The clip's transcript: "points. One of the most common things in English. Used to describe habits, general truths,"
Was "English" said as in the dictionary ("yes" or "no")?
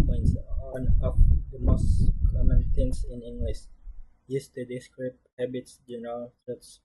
no